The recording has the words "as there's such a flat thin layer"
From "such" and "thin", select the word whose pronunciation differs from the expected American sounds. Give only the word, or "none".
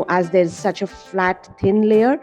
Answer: thin